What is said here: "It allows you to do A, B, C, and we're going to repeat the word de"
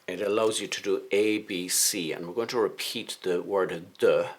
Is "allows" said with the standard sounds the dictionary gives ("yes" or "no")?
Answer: yes